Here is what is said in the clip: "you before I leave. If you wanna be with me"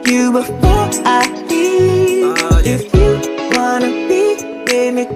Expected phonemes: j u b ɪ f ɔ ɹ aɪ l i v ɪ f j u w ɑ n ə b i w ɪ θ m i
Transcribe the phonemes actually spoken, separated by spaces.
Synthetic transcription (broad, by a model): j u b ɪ f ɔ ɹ aɪ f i ɪ f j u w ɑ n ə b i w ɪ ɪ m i